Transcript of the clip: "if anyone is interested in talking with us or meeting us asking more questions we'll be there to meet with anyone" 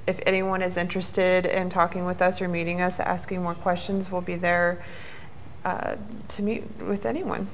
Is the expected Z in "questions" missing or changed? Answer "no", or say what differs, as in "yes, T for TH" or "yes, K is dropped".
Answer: no